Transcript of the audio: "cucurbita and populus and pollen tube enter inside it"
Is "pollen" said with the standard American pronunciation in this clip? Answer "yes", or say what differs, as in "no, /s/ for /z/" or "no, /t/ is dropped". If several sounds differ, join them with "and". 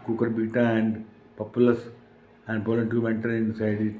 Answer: no, /b/ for /p/